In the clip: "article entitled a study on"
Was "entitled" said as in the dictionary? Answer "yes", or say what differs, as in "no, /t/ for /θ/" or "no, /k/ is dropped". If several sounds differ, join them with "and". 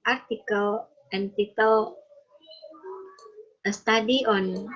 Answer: no, /d/ is dropped